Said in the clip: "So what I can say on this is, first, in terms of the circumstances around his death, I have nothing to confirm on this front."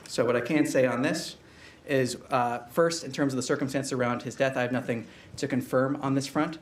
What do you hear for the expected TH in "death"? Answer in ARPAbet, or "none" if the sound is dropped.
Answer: TH